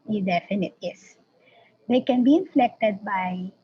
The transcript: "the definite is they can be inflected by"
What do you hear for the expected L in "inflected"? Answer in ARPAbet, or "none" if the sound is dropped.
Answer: L